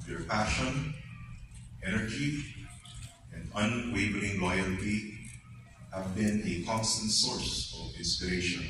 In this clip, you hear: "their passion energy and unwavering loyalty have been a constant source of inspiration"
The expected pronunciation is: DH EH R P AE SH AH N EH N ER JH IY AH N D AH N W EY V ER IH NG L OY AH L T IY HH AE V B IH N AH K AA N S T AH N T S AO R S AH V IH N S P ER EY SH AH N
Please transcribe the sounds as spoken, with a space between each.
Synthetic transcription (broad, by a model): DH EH R P AE SH AH N EH N ER JH IY AH N D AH N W EY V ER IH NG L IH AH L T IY HH AE V B IH N AH K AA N S T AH N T S AO R S AH V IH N S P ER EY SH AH N